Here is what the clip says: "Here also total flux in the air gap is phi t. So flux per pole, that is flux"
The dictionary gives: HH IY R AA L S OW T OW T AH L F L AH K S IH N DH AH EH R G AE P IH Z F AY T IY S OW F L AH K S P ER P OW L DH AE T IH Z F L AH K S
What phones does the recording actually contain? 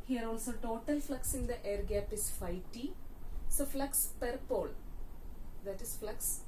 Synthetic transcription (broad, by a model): HH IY R AA L S OW T OW T AH L F L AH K S IH N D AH EH R G AE P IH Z F AY T IY S OW F L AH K S P ER P OW L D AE T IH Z F L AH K S